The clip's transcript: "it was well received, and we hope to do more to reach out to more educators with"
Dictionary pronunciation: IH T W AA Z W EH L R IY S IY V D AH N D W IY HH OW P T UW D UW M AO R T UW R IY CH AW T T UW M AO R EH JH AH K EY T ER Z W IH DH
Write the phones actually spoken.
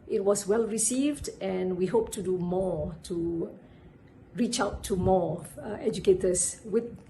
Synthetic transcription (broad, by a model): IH T W AA S W EH L R IY S IY V D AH N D W IY HH OW P T UW D UW M AO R T UW R IY CH AW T T UW M AO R EH JH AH K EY T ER S W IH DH